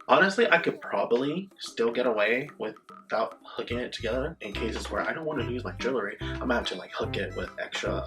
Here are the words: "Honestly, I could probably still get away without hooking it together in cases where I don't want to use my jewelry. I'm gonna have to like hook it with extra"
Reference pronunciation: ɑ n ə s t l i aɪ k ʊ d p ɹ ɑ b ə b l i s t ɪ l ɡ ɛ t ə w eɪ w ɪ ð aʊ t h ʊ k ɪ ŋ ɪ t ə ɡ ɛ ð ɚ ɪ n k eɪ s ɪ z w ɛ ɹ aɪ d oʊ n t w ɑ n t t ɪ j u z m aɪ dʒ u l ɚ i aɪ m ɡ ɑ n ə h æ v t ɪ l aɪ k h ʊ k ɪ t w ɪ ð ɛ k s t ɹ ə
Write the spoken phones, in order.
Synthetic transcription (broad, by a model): ɑ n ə s t l i aɪ k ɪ d p ɹ ɑ b ə b l i s t ɪ l ɡ ɛ t ə w eɪ w ɪ ð aʊ t h ʊ k ɪ ŋ ɪ t ə ɡ ɛ ð ɚ ɪ n k eɪ s ɪ z w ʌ ɹ aɪ d oʊ n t w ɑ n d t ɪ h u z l aɪ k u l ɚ i aɪ m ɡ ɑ ə t ɪ l aɪ k h ʊ k ɪ t w ɪ ð ɛ k s t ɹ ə